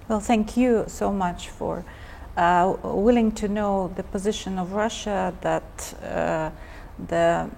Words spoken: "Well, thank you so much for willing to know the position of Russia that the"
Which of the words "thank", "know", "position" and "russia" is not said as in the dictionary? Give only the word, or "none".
none